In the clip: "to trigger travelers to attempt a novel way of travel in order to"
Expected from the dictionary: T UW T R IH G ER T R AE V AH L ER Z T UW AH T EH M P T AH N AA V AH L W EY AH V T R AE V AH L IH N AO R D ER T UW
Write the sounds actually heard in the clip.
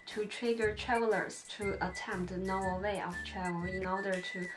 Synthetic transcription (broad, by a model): T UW T R IH G ER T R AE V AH L ER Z T UW AH T EH M P T AH N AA AH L W EY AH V T R AE V AH L IH N AO R D ER T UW